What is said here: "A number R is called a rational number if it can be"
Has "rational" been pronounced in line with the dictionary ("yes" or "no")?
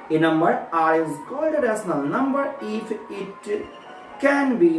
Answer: no